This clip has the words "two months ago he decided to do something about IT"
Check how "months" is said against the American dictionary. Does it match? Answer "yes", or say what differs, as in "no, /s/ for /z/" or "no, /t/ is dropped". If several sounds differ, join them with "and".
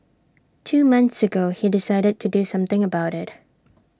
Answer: yes